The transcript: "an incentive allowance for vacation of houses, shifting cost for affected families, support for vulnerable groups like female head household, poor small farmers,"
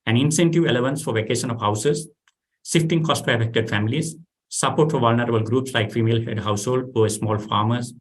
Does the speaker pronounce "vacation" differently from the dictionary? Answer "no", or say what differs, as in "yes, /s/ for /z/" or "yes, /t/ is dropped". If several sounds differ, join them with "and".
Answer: no